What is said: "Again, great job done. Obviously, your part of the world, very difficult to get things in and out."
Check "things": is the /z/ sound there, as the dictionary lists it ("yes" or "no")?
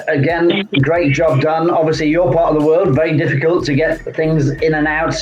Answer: yes